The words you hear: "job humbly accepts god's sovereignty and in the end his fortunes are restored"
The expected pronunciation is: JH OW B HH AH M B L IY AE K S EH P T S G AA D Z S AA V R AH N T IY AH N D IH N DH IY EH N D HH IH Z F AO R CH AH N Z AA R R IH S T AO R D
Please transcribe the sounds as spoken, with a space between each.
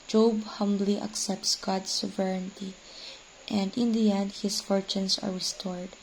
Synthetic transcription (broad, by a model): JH OW B HH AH M B L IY AE K S EH P T S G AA D S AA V R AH N T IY AH N D IH N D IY EH N D HH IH S F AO R CH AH N S AA R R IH S T AO R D